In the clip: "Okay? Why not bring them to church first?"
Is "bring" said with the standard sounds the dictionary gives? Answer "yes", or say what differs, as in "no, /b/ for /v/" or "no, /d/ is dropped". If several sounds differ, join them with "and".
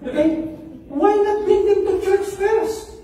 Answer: no, /ɹ/ is dropped